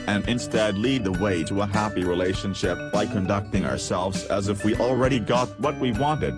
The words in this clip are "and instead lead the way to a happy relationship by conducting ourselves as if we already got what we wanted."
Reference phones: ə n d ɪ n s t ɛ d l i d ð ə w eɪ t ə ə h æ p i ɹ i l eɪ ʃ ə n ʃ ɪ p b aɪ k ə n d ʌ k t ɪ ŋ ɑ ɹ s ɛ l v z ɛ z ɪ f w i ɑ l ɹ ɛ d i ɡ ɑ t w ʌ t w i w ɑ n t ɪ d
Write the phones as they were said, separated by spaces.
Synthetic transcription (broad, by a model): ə n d ɪ n s t ɛ d l i d ð ə w eɪ t ə ə h æ p i ɹ i l eɪ ʃ ə n ʃ ɪ p b aɪ k ə n d ʌ k t ɪ ŋ ɑ ɹ s ɛ l v z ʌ z ɪ f w i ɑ l ɹ ɛ d i ɡ ɑ t w ʌ t w i w ɑ n t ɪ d